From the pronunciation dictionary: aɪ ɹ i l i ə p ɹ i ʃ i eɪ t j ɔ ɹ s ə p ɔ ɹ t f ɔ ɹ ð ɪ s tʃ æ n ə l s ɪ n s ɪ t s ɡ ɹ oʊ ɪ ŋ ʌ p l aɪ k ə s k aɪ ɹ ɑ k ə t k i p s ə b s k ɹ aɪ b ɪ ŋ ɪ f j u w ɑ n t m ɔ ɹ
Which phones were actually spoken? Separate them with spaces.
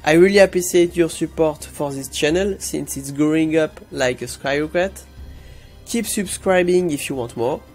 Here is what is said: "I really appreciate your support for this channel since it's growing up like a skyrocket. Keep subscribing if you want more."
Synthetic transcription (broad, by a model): aɪ ɹ i l i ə p ɹ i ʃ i eɪ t j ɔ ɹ s ə p ɔ ɹ t f ɔ ɹ ð ɪ s tʃ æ n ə l s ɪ n s ɪ t s ɡ ɹ oʊ ɪ ŋ ʌ p l aɪ k ə s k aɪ ɑ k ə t k i p s ə b s k ɹ aɪ b ɪ ŋ ɪ f j u w ɑ n t m ɔ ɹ